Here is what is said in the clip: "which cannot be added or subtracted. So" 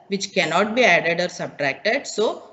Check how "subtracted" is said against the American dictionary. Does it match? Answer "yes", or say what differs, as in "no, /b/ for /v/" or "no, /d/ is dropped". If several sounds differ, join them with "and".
yes